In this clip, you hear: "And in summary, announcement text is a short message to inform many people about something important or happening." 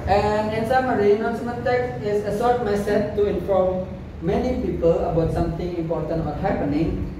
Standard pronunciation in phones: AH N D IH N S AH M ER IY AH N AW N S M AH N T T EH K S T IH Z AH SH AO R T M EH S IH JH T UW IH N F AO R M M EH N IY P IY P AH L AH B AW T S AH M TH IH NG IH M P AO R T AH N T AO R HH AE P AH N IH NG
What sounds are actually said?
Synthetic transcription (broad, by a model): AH N IH N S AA M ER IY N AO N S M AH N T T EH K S IH S AH S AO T M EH S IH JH T UW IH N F AO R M M EH N IY P IY P AH L AH B AW T S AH M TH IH NG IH M P AO T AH N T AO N HH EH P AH N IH NG